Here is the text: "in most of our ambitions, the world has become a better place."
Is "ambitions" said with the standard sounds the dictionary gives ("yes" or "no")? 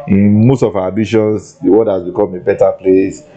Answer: no